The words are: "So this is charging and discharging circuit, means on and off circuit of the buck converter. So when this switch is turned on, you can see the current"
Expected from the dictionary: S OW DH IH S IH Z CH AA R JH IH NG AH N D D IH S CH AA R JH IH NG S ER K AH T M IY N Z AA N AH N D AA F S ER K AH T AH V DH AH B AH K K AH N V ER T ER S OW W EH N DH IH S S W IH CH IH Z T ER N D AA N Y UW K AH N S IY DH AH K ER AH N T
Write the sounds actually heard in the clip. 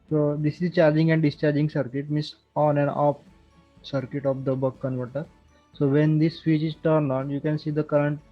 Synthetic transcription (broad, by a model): S OW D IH S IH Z CH AA R JH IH NG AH N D D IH S CH AA R JH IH NG S ER K AH T M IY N S AA N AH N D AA P S ER K AH T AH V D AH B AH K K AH N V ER T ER S OW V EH N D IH S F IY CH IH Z T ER N AA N Y UW K AH N S IY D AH K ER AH N T